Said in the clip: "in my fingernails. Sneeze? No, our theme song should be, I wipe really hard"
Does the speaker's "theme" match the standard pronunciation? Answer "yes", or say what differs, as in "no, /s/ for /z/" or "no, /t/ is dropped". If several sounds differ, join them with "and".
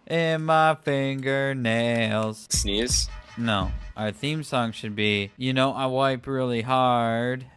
yes